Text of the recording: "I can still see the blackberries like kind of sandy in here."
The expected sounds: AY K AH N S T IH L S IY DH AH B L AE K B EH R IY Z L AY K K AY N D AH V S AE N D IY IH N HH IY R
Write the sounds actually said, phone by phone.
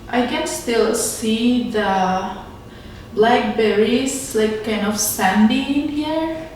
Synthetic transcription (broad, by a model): AY K AH N S T IH L S IY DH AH B L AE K B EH R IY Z L AY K K AY N D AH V S AE N D IY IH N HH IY R